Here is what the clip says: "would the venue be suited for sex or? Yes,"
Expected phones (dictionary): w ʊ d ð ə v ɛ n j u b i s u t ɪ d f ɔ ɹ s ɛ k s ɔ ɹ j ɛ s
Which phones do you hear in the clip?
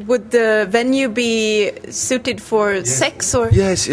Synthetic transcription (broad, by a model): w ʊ d ð ə v ɛ n j u b i s u t ɪ d f ɔ ɹ s ɛ k s ɔ ɹ j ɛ s